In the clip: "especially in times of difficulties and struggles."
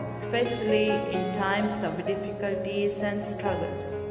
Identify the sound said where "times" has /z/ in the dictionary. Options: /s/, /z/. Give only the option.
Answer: /s/